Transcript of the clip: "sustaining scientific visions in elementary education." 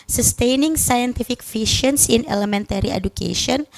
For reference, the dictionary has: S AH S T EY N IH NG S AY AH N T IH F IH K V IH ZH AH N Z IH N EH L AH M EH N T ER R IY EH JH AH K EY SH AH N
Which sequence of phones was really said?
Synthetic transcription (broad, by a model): S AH S T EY N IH NG S AY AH N T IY F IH K F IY SH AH N S IH N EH L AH M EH N T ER R IY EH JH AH K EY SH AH N